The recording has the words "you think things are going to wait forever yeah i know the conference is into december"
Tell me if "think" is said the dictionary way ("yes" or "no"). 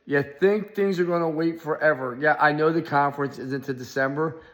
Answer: yes